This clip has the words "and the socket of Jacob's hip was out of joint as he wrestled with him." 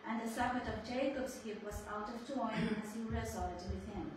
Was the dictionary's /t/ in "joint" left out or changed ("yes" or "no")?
yes